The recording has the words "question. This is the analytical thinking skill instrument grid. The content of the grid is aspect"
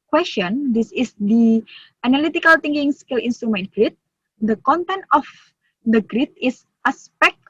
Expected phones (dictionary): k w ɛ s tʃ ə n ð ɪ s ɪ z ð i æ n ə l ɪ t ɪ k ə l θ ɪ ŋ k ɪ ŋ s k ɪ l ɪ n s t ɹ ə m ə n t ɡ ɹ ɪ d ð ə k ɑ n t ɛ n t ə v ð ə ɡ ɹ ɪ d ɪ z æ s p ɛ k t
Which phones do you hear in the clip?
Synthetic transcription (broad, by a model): k w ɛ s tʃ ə n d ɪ s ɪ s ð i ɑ n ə l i t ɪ k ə l t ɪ ŋ k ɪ ŋ s k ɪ l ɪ n s t ɹ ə m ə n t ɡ ɹ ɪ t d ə k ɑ n t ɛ n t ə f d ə ɡ ɹ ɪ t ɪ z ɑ s p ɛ k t